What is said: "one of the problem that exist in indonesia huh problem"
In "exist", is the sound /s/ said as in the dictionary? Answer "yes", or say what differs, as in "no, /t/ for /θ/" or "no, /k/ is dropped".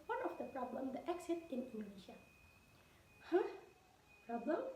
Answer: no, /s/ is dropped